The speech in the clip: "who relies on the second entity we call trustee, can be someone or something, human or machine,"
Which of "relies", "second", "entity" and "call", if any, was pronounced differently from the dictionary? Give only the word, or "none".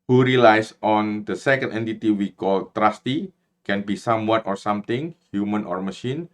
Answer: relies